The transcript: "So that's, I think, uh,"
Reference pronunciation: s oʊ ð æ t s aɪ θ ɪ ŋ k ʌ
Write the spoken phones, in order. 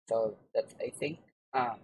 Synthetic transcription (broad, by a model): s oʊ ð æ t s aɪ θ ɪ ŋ ʌ